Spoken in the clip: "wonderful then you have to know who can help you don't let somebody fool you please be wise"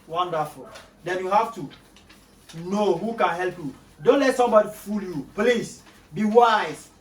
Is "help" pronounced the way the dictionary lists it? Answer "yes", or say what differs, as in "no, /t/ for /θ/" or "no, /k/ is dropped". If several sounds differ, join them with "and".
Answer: yes